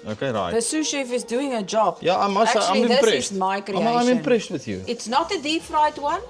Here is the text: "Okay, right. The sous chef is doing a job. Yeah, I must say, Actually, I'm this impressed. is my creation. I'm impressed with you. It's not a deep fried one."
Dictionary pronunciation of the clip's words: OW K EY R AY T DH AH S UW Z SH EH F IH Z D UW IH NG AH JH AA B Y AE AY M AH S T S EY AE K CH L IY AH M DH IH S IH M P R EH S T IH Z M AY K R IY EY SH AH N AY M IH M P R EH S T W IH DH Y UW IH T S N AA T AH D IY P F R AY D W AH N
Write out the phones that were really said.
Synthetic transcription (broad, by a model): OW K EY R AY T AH S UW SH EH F IH Z D UW IH NG AH JH AA B Y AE AY M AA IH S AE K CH IY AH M DH IH S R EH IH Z M AY K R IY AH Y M IH M P R EH S T W IH DH Y UW IH T S N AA T AH D IY P F R AY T W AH N